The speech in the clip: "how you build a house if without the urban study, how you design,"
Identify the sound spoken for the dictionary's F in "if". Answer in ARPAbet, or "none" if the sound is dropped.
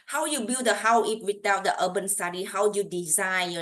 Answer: P